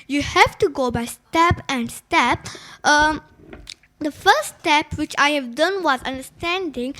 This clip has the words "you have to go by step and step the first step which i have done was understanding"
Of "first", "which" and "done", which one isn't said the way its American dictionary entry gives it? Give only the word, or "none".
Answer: first